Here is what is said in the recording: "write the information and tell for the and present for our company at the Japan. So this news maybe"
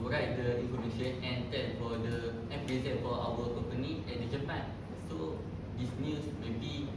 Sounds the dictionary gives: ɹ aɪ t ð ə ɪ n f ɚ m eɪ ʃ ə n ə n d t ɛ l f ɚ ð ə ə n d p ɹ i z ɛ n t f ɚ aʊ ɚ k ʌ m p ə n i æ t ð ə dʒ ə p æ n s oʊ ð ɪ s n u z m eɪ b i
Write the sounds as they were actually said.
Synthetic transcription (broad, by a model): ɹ aɪ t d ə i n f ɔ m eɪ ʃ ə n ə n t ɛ n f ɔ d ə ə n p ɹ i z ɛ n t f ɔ aʊ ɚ k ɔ m p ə n i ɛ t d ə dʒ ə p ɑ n s oʊ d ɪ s n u s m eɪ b i